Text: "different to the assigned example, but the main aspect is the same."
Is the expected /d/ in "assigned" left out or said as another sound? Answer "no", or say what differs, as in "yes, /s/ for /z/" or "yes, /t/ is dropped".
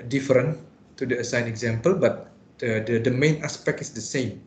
yes, /d/ is dropped